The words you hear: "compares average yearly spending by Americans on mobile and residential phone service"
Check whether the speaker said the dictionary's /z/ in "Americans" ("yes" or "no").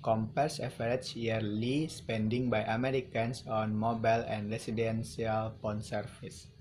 no